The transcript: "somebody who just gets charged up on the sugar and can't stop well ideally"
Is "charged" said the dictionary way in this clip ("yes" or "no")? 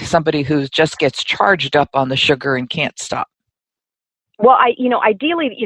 yes